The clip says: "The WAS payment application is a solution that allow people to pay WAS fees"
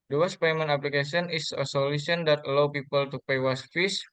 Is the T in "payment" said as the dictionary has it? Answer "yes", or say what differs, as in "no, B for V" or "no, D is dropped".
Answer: no, T is dropped